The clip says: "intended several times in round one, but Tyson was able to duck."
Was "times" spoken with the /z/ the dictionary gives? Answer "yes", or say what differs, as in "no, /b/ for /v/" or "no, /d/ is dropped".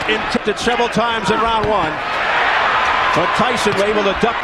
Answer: yes